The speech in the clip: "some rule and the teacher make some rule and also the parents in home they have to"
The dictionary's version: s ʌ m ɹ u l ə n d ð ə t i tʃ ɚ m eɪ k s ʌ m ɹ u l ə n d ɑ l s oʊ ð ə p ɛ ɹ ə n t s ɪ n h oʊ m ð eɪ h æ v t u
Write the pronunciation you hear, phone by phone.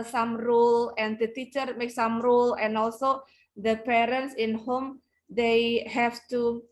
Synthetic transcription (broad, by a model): s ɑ m ɹ u l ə n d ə t i tʃ ɚ m eɪ k s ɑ m ɹ u l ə n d ɑ l s oʊ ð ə p ɛ ɹ ə n t s ɪ n h oʊ m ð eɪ h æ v t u